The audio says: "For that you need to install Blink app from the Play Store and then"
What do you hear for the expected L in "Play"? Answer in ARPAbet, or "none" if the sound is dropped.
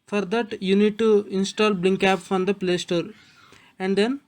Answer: L